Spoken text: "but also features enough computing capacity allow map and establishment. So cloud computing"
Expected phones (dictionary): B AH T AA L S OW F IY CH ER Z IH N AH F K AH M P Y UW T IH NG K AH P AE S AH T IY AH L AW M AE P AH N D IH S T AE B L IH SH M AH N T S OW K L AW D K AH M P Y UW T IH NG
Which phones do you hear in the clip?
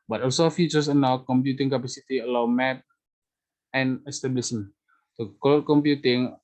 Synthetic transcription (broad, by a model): B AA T AA L S OW F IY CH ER S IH N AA K AH M P Y UW T IH NG K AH P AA S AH T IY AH L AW M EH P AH N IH S T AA B L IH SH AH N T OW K AO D K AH M P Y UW T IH NG